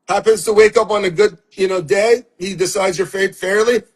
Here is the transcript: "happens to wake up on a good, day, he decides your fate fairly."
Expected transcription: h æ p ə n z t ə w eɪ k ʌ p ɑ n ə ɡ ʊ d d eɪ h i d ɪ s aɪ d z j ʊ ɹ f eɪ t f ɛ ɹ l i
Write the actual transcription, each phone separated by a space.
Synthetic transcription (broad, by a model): h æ p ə n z t ə w eɪ k ʌ p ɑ n ə ɡ ʊ d d eɪ h i d ɪ s aɪ d z j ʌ ɹ f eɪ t f ɛ ɹ l i